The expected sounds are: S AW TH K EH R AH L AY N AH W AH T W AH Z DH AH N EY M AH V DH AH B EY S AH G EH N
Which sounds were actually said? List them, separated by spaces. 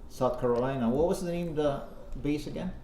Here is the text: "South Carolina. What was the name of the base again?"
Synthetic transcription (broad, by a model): S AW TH K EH R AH L AY N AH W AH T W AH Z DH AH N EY AH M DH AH B EY S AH G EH N